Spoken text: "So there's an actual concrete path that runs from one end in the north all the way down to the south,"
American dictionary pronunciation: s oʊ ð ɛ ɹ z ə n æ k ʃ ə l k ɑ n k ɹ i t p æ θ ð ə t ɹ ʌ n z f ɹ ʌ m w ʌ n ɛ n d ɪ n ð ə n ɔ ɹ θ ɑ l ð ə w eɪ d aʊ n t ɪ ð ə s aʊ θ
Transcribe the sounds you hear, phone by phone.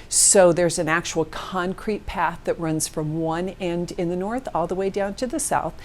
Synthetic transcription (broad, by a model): s oʊ ð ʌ ɹ z ə n æ k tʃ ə l k ɑ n k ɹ i t p æ θ ð ə t ɹ ʌ n z f ɹ ʌ m w ʌ n ɛ n d ɪ n ð ə n ɔ ɹ θ ɑ l ð ə w eɪ d aʊ n t ɪ ð ə s aʊ θ